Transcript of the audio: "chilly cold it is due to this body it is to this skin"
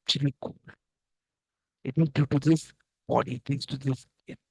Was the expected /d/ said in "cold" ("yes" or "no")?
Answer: no